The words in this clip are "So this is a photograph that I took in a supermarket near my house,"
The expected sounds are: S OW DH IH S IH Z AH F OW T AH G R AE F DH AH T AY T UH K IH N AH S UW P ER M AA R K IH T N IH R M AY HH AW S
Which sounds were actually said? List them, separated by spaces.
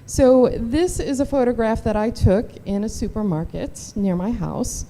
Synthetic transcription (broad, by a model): S OW DH IH S IH Z AH F OW T AH G R AE F DH AH T AY T UH K IH N AH S UW P ER M AA R K IH T N IH R M AY HH AW S